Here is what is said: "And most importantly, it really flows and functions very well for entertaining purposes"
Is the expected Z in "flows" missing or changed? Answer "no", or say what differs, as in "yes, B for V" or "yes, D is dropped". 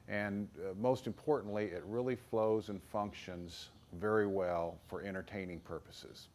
no